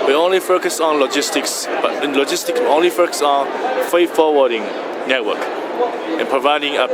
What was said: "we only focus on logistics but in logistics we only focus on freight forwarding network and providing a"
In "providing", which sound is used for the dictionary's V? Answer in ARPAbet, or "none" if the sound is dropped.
V